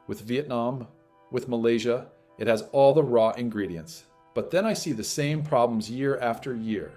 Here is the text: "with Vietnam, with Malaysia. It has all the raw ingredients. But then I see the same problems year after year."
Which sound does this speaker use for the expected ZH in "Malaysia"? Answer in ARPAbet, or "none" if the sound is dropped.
ZH